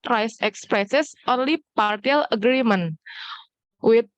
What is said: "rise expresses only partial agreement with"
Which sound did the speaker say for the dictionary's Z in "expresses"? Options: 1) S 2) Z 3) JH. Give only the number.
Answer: 1